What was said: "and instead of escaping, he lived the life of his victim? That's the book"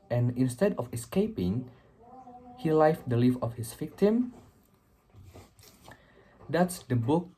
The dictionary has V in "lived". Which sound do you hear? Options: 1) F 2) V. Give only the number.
1